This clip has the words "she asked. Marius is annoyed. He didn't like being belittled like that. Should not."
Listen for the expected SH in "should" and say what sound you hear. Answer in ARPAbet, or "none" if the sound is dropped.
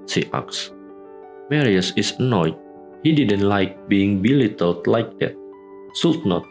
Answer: S